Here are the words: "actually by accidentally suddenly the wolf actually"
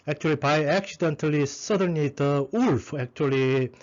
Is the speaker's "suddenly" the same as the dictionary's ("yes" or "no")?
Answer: no